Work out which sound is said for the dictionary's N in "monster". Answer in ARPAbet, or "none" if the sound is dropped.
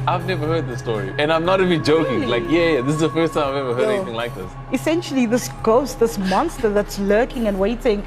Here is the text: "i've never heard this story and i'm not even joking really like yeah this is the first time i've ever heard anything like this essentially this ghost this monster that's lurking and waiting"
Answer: N